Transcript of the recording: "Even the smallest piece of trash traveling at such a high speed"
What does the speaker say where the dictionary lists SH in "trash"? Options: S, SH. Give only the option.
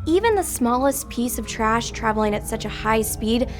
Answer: SH